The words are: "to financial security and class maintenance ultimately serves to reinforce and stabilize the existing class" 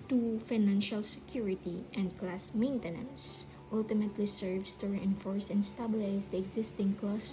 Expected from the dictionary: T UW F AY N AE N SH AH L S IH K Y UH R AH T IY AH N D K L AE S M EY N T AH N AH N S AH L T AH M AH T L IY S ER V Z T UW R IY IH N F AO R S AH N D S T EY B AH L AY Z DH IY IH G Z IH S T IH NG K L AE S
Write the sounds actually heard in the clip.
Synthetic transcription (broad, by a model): T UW F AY N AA N SH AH L S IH K Y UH R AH T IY AH N D K L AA S M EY N T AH N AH N S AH L T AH M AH T L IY S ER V S T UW R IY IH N F AO R S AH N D S T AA B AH L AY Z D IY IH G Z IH S T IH NG K L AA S